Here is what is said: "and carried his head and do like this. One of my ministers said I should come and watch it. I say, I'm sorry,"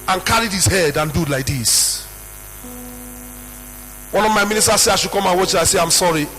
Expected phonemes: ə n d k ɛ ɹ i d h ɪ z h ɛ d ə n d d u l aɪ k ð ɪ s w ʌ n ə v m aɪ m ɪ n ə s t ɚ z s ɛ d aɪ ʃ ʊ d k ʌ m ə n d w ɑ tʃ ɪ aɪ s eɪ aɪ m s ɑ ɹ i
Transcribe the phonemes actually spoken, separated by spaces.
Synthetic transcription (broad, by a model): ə n k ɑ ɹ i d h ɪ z h ɛ d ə n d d l aɪ k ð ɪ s w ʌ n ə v m aɪ m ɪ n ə s t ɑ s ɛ aɪ ʃ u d k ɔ m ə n w ɑ tʃ ɪ aɪ s eɪ aɪ m s ɑ ɹ i